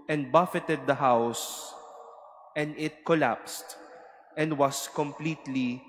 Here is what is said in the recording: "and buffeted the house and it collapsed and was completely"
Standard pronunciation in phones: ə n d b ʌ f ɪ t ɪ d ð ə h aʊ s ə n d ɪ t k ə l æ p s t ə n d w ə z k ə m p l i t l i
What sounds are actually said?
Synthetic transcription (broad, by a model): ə n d b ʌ f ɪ t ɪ d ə h aʊ s ə n d ɪ t k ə l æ p s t ə n d w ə s k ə m p l i t l i